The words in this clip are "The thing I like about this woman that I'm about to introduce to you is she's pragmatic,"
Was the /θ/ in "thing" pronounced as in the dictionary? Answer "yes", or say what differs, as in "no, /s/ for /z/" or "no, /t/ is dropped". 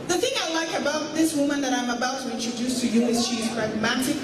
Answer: yes